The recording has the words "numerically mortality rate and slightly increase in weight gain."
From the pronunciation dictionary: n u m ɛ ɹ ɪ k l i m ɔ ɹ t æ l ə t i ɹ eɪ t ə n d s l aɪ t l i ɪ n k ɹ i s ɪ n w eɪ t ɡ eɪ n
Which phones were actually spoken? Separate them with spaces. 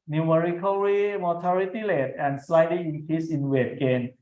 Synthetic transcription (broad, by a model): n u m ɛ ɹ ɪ k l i m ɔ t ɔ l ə t i l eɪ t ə n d s l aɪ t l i ɪ n k ɹ i s ɪ n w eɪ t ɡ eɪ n